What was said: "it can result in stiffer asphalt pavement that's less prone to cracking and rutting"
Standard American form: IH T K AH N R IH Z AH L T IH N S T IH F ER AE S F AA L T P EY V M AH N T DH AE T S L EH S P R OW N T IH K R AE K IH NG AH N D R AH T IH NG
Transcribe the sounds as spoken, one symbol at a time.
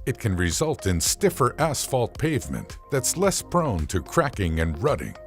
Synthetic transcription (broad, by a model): IH T K AH N R IH Z AH L T IH N S T IH F ER AE S F AA L T P EY V M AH N DH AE T S L EH S P R OW N T IH K R AE K IH NG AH N R AH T IH NG